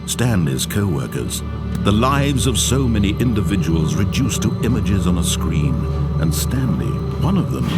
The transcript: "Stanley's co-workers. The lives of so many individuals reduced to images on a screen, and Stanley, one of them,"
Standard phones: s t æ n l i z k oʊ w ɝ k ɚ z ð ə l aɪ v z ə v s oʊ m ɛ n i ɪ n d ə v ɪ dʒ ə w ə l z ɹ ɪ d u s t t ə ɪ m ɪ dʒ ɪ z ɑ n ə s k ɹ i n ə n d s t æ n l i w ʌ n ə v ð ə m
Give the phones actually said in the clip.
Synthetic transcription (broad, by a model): s t æ n l i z k oʊ w ɝ k ɚ z ð ə l aɪ v z ə v s oʊ m ɛ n i ɪ n d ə v ɪ dʒ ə w l z ɹ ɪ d u s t t ə ɪ m ɪ dʒ ɪ z n ə s k ɹ i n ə n s t æ n l i w ʌ n ə v ð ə m